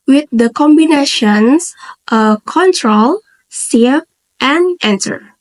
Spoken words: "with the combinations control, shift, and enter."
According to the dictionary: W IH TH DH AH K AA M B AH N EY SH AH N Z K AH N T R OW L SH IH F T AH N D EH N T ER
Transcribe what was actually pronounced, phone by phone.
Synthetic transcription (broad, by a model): W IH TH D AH K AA M B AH N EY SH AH N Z K AH N T R OW L S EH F T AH N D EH N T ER